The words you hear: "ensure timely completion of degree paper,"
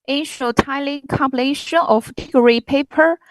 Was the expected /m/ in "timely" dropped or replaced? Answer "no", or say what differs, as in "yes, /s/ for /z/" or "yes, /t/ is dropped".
yes, /m/ is dropped